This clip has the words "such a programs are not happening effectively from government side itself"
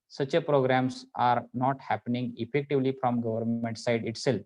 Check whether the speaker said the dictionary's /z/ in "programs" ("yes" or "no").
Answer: no